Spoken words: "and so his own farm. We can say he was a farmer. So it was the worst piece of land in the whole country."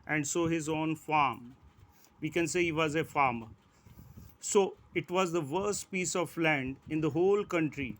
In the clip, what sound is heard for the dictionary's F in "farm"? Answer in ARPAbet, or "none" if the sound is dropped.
F